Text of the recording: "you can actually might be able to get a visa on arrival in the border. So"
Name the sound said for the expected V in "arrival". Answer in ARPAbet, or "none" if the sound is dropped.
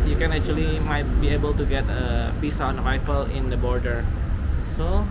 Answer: F